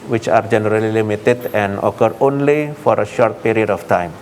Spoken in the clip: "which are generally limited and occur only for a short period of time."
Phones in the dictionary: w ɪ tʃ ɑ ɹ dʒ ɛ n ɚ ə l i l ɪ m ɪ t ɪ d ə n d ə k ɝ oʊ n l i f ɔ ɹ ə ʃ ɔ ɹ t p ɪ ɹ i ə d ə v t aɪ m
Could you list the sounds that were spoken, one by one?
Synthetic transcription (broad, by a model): w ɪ tʃ ɑ ɹ dʒ ɛ n ɚ ə l i l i m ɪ t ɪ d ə n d ə k ɝ oʊ n l i f ɔ ɹ ə ʃ ɔ ɹ t p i ɹ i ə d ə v t aɪ m